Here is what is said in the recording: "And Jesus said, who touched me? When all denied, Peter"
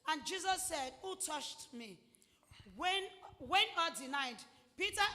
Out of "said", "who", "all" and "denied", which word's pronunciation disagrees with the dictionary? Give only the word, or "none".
all